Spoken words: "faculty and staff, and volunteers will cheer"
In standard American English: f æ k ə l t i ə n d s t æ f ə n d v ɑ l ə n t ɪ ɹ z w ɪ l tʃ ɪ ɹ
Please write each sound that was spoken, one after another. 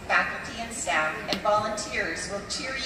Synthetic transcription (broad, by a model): f æ k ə l t i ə n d s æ ə n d v ɑ l ə n t ɪ ɹ z w ɪ l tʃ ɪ ɹ